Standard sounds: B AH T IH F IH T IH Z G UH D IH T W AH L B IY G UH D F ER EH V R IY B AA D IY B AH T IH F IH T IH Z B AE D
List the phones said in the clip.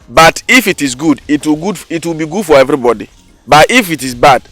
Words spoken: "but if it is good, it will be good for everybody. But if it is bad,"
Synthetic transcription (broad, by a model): B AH T IH F IH T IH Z G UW D IH T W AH W B IY G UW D F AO EH V R IY B AA D IY B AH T IH F IH T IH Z B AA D